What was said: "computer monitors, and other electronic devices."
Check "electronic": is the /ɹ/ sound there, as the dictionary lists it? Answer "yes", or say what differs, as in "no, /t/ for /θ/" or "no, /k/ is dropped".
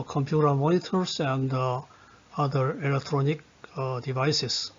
yes